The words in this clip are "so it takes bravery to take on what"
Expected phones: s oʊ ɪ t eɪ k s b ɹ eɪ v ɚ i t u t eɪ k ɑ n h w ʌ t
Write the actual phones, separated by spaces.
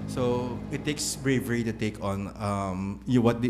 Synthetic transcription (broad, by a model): s oʊ ɪ t eɪ k s b ɹ eɪ v ɚ i t u t eɪ k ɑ n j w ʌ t